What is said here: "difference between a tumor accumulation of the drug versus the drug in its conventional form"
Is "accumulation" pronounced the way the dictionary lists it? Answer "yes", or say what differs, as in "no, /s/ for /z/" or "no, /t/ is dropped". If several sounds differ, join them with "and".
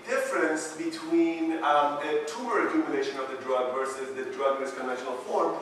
no, /n/ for /l/